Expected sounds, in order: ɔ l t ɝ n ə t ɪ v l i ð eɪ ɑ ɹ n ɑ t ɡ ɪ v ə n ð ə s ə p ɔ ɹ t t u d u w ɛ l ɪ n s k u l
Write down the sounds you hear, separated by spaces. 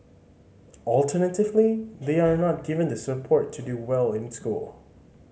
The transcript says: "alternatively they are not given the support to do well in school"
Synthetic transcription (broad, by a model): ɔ l t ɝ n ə t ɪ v l i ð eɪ ɑ ɹ n ɑ t ɡ ɪ v ə n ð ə s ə p ɔ ɹ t t u d u w ɛ l ɪ n s k u l